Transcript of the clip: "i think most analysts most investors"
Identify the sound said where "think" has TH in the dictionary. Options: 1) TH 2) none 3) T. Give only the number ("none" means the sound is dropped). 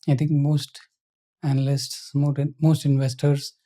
3